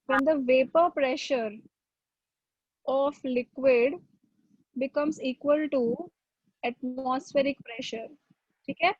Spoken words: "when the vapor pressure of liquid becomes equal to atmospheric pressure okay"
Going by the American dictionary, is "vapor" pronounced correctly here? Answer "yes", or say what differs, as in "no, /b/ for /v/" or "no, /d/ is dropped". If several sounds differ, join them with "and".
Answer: yes